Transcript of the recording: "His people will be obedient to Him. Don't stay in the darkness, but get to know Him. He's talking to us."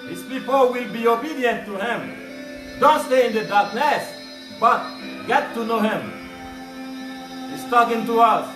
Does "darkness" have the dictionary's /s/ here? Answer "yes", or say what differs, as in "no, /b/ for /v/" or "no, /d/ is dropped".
yes